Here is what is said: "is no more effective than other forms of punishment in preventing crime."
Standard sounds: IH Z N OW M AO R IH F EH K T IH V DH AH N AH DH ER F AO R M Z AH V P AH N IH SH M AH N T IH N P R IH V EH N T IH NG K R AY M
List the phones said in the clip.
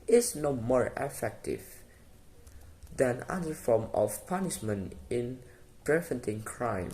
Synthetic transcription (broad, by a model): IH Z N OW M AO R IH F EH K T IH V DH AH N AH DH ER F AO R M AH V P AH N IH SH M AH N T IH N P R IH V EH N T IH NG K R AY M